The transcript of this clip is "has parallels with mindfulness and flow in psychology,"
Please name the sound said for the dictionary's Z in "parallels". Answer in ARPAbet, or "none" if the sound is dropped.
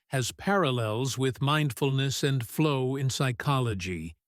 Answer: Z